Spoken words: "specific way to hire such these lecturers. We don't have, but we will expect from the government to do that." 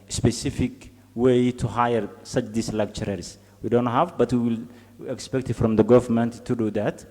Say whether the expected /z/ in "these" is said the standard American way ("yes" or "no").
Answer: no